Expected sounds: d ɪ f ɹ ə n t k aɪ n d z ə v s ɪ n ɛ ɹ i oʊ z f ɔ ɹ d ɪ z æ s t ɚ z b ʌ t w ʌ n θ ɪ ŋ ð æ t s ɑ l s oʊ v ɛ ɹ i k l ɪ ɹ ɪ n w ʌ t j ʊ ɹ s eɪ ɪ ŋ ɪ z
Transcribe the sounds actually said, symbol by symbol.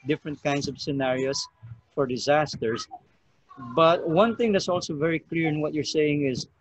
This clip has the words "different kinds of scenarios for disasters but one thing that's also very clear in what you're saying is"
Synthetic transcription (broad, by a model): d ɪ f ɹ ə n t k aɪ n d s ə v s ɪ n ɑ ɹ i oʊ s f ɔ ɹ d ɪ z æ s t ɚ s b ʌ t w ʌ n θ ɪ ŋ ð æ t s ɑ l s oʊ v ɛ ɹ i k l ɪ ɹ ɪ n w ʌ t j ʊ ɹ s eɪ ɪ ŋ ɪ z